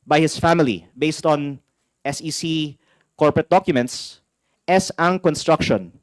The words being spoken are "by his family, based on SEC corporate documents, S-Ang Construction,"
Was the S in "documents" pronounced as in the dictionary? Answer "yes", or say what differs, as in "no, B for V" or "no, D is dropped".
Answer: yes